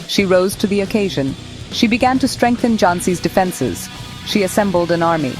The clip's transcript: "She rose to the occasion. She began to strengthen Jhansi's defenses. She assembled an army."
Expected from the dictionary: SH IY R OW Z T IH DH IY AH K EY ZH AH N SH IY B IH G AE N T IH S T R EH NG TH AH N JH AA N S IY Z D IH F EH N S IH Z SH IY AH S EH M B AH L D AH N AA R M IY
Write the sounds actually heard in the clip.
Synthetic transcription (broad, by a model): SH IY R OW Z T IH DH IY AH K EY ZH AH N SH IY B IH G AE N T IH S T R EH NG TH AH N JH AA N S IY Z D IH F EH N S IH Z SH IY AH S EH M B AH L D AH N AA R M IY